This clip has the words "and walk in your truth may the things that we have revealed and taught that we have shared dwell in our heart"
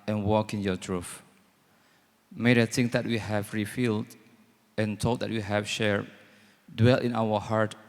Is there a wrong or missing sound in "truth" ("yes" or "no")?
yes